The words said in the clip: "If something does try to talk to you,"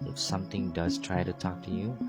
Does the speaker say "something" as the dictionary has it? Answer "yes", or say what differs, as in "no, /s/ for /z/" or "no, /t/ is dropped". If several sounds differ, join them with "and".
no, /t/ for /θ/